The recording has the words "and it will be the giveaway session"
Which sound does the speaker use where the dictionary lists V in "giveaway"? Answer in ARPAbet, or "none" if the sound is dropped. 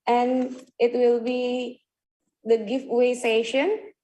F